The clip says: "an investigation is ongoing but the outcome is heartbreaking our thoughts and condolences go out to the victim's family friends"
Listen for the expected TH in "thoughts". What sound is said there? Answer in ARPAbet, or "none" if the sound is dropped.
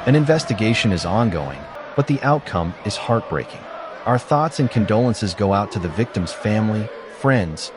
TH